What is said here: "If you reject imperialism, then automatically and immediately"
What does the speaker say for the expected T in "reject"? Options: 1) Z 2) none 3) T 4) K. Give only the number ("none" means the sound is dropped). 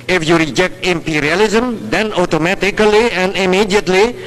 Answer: 3